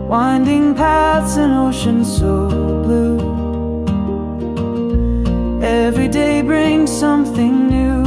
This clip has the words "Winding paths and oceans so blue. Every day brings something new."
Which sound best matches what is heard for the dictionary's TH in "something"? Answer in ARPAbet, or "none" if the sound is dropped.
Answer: TH